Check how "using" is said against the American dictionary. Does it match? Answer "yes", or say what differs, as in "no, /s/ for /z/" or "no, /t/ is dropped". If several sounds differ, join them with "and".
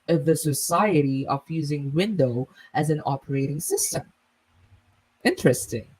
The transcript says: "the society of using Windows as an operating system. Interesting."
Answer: yes